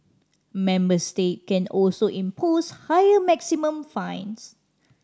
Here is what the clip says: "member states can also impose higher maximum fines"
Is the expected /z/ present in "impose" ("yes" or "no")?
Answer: no